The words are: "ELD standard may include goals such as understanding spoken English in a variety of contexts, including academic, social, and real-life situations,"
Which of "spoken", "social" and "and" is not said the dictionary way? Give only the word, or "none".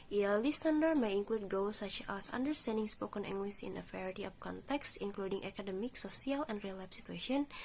social